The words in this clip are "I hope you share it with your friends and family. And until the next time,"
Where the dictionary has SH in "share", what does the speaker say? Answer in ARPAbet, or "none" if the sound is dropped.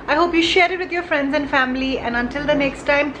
SH